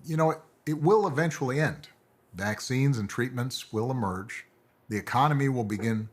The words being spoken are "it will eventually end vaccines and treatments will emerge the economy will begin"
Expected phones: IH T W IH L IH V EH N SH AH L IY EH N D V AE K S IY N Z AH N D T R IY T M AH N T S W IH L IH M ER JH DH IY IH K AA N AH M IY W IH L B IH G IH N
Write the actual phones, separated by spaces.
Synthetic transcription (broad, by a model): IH T W IH L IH V EH N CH L IY EH N D V AE K S IY N Z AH N T R IY T M AH N T S W IH L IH M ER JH DH IY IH K AA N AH M IY W IH L B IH G IH N